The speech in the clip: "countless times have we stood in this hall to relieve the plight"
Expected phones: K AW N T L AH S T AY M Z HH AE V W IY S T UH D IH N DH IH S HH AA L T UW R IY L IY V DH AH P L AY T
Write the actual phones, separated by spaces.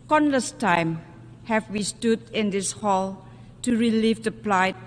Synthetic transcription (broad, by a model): K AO N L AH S T AY M HH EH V W IY S T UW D IH N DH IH S HH AA L T UW R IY L IY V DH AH P L AY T